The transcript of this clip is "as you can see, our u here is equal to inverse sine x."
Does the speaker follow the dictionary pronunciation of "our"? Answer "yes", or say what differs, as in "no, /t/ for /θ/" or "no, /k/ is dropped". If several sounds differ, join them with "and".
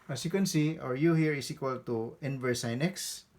yes